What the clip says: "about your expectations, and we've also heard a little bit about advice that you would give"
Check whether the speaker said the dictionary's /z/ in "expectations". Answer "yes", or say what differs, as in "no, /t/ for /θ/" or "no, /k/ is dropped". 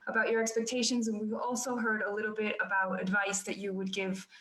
yes